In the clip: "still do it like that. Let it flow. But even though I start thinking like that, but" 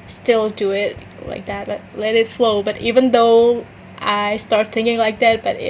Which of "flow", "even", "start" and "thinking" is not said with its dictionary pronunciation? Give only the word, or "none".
none